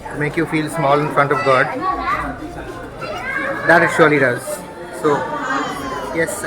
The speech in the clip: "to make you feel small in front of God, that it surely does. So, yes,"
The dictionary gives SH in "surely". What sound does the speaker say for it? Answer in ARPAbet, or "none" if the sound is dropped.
SH